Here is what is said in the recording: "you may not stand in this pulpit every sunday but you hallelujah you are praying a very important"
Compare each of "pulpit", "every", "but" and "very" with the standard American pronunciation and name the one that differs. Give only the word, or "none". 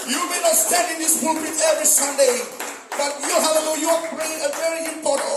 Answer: pulpit